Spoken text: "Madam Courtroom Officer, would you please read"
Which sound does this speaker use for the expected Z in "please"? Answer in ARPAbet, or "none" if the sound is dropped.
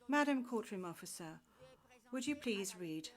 Z